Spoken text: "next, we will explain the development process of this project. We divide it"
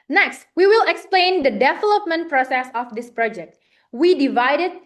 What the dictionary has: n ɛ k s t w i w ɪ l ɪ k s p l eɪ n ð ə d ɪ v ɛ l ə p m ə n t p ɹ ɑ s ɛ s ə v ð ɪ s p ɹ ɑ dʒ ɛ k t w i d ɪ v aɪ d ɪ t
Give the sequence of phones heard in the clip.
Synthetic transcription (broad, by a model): n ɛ k s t w i w ɪ l ɪ k s p l eɪ n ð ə d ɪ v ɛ l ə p m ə n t p ɹ ɑ s ɛ s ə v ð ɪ s p ɹ ɑ dʒ ɛ k t w i d ɪ v aɪ d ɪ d